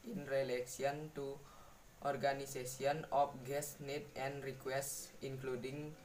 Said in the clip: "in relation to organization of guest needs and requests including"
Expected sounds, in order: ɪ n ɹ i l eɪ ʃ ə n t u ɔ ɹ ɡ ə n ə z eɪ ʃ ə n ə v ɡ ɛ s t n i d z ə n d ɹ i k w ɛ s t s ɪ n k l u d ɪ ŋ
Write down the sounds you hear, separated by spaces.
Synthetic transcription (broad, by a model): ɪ n ɹ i l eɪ s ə n t u ɔ ɹ ɡ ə n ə s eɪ s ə n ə f ɡ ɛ s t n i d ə n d ɹ i k w ɛ s t s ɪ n k l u d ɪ ŋ